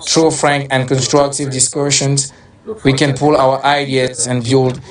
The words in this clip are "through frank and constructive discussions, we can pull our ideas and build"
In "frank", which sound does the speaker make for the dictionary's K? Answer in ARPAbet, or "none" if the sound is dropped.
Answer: K